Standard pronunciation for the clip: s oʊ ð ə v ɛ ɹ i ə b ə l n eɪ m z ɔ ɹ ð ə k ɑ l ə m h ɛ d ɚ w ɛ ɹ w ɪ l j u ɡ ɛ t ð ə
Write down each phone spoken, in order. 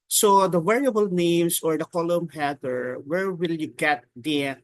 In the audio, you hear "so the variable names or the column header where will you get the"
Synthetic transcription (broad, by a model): s oʊ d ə w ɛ ɹ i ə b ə l n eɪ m s ɔ ɹ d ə k ɑ l ə m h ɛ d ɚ w ɛ ɹ w ɪ l j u ɡ ɛ t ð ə